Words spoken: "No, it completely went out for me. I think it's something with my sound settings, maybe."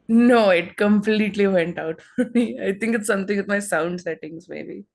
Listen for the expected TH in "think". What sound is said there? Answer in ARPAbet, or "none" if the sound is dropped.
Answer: T